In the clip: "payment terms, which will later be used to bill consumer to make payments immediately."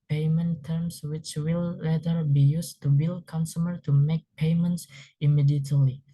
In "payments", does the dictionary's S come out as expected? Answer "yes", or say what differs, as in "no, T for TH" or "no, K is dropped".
yes